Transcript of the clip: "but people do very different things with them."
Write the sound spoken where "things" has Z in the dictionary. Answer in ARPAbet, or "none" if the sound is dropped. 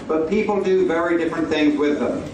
Z